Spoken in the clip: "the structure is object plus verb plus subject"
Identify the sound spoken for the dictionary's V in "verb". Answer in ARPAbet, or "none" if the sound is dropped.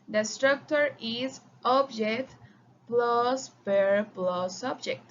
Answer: P